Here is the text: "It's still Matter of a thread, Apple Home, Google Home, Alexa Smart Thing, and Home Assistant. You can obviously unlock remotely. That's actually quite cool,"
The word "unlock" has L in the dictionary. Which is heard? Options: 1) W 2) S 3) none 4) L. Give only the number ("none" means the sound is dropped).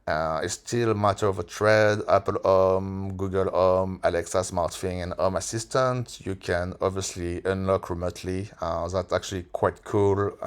4